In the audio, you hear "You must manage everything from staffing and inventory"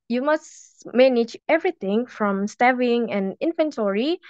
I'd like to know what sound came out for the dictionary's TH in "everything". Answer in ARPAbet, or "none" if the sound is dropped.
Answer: T